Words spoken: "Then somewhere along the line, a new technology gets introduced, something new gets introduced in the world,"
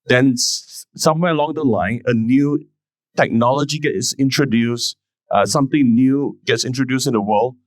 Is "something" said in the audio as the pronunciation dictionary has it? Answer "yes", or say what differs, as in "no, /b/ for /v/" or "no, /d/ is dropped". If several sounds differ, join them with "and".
no, /t/ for /θ/